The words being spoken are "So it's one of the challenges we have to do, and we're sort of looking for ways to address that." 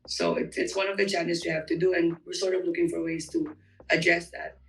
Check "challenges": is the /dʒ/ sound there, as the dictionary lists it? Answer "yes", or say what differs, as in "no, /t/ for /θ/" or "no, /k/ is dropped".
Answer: no, /dʒ/ is dropped